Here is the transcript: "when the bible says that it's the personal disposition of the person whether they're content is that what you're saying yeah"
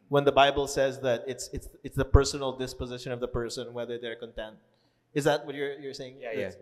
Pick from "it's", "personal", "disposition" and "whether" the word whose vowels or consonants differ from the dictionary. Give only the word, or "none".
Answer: none